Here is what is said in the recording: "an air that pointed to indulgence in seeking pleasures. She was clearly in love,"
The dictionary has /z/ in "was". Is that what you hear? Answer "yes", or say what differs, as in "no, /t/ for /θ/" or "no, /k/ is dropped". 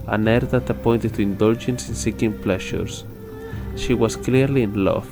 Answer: no, /s/ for /z/